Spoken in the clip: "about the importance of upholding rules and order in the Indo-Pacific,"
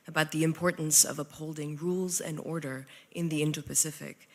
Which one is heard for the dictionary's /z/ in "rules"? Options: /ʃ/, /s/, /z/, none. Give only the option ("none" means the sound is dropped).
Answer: /z/